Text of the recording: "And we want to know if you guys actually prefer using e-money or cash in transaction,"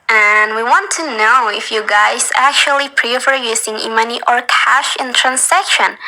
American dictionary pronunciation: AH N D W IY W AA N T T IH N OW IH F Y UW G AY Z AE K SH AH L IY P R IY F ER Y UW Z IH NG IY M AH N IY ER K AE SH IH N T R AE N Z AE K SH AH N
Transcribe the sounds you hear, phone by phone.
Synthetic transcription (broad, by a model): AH N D W IY W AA N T T IH N OW IH F Y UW G AY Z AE K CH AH L IY P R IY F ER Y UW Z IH NG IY M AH N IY ER K AE SH IH N T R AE N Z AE K SH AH N